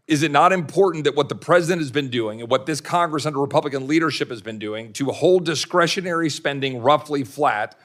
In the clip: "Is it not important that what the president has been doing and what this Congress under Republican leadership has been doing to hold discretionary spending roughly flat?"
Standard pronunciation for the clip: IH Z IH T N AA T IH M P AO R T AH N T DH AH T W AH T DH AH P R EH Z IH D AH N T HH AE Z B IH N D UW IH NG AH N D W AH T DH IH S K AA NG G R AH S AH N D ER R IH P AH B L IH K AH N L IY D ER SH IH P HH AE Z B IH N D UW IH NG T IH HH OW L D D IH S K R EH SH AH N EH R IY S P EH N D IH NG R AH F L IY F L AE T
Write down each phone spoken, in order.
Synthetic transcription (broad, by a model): IH Z IH T N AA T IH M P AO R T N DH AH T W AH T DH AH P R EH Z IH D AH N T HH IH Z B IH N D UW IH NG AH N W AH T DH IH S K AA NG G R AH S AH N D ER R IH P AH B L IH K AH N L IY D ER SH IH P HH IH Z B IH N D UW IH NG T IH HH OW L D D IH S K R EH SH AH N EH R IY S P EH N D IH NG R AH F L IY F L AE T